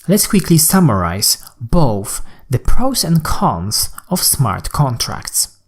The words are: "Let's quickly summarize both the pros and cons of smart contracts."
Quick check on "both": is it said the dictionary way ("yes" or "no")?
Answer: yes